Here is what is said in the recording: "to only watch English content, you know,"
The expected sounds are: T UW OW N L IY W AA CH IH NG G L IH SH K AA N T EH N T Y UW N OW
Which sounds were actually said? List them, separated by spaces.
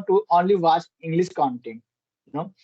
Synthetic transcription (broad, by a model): T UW OW N L IY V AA S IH NG G L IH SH K AA N T EH N T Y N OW